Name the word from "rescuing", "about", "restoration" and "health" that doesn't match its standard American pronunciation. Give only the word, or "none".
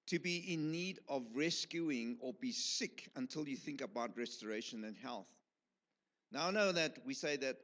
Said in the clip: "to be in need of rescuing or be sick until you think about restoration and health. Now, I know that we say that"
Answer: none